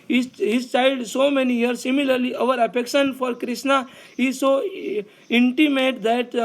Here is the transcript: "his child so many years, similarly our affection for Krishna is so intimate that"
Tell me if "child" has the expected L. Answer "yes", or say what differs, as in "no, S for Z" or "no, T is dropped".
no, L is dropped